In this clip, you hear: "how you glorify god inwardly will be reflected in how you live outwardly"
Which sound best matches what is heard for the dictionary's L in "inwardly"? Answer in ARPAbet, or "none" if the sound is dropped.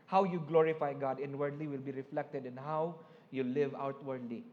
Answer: L